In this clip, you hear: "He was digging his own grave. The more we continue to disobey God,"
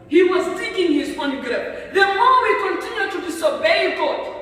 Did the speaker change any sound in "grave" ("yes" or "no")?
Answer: yes